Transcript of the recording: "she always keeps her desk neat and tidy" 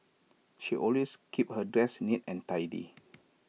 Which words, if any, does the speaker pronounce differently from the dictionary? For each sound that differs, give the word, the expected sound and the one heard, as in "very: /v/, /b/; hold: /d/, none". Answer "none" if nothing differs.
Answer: always: /z/, /s/; keeps: /s/, none